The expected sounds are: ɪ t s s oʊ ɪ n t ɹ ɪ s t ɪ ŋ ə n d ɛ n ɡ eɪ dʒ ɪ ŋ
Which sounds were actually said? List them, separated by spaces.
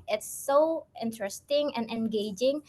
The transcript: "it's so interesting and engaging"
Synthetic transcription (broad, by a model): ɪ t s s oʊ ɪ n t ɹ ɪ s t ɪ ŋ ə n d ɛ n ɡ eɪ dʒ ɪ ŋ